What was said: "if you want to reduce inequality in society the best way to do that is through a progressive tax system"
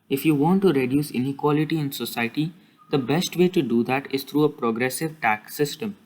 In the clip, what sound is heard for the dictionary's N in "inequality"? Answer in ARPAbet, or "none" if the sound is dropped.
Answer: N